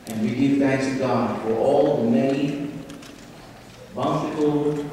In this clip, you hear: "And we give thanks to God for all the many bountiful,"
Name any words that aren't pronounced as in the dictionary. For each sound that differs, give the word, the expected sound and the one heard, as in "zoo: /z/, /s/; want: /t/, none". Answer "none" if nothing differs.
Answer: many: /n/, none